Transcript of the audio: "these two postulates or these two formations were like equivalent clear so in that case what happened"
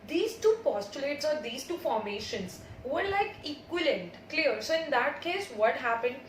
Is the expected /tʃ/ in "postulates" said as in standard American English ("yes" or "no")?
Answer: yes